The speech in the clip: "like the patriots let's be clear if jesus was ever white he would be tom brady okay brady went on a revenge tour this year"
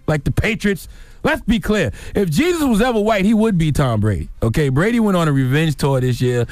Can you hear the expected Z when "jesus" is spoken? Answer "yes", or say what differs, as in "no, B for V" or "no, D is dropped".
yes